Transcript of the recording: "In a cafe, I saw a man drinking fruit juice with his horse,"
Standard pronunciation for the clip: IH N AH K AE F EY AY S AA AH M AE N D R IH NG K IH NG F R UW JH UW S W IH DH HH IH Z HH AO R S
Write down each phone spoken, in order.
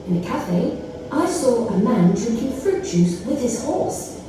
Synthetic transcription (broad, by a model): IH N AH K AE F EY AY S AA AH M AE N D R IH NG K IH NG F R UW CH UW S W IH DH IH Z HH AO R S